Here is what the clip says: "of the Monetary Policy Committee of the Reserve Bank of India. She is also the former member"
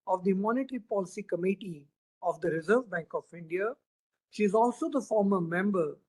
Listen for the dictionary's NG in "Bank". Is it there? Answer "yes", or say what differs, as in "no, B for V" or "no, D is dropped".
yes